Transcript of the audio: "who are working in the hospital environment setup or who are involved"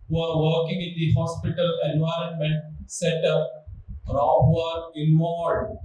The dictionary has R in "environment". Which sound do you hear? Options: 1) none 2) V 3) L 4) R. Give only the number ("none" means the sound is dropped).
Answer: 4